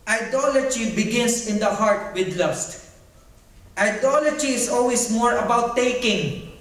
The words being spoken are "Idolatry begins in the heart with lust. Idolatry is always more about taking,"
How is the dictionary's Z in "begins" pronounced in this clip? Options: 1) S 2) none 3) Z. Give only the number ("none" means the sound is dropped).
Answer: 1